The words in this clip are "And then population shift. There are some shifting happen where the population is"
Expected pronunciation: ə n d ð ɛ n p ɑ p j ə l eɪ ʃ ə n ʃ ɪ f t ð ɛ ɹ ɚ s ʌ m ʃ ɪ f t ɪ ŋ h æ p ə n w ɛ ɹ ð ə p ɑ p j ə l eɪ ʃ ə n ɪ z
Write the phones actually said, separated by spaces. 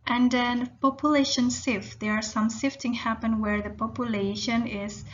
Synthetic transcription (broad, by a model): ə n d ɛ n p ɑ p j ə l eɪ ʃ ə n s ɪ f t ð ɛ ɹ s ʌ m s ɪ f t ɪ ŋ h æ p ə n w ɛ ɹ ð ə p ɑ p j ə l eɪ ʃ ə n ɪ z